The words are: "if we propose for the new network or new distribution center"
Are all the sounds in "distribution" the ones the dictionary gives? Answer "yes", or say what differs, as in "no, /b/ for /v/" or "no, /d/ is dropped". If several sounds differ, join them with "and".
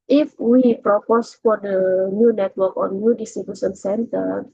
no, /s/ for /ʃ/